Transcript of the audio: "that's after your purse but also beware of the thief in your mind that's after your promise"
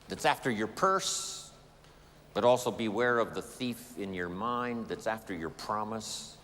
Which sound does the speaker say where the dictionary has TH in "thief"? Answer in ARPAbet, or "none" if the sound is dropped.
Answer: TH